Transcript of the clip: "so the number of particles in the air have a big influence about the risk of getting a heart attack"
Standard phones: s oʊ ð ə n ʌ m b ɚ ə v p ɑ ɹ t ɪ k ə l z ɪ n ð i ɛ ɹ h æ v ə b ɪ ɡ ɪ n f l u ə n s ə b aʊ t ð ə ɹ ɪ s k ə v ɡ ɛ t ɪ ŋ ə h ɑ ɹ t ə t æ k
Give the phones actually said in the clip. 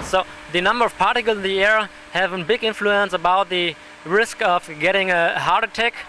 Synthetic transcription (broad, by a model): s oʊ ð ə n ʌ m b ɚ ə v p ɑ ɹ t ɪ k l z ɪ n ð i ɛ ɹ h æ v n b ɪ ɡ ɪ n f l u ə n s ə b aʊ t ð ə ɹ ɪ s k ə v ɡ ɛ t ɪ ŋ ə h ɑ ɹ t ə t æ k